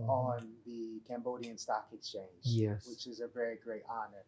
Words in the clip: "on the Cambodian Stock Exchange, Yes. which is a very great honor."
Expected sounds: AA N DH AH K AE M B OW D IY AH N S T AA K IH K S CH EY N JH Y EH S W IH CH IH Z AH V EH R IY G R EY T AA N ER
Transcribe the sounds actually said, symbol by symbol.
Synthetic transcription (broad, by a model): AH N DH AH K AE M B OW D IY AH N S T AA K IH K S CH EY N JH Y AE W IH CH IH Z AH V EH R IY G R EY T AA N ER